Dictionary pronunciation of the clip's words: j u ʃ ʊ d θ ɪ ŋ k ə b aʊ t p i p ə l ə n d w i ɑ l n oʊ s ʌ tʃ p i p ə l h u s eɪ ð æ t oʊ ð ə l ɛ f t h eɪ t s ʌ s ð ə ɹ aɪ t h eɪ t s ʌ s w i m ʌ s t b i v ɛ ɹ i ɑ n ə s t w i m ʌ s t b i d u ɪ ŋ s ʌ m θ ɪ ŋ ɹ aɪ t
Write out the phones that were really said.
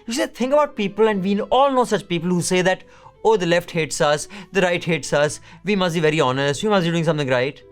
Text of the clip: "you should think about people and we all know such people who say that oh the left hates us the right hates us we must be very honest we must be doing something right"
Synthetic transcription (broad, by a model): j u s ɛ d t ɪ ŋ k ə b aʊ t p i p ə l ə n d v i ɑ l n oʊ s ʌ tʃ p i p ə l h u s eɪ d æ t oʊ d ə l ɛ f t h eɪ t s ʌ s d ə ɹ aɪ t h eɪ t s ʌ s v i m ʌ s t b i v ɛ ɹ i ɑ n ə s t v i m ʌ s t b i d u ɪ ŋ s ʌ m t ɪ ŋ ɹ aɪ t